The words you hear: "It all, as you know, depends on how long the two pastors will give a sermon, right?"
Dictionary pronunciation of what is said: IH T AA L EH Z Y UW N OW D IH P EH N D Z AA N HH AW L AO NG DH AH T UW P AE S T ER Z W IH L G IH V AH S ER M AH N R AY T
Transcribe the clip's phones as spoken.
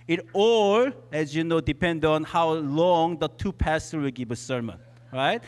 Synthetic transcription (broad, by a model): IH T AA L EH Z Y UW N OW D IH P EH N D AA N HH AW L AO NG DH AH T UW P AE S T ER W IH L G IH V AH S ER M AH N R AY T